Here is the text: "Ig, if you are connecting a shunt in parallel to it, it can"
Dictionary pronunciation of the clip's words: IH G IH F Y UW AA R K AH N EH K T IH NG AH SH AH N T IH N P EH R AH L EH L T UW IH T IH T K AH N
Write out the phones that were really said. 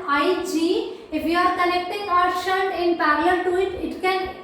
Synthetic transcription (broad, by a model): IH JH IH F Y UW AA R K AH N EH K T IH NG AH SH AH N IH N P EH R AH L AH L T UW IH T IH T K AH N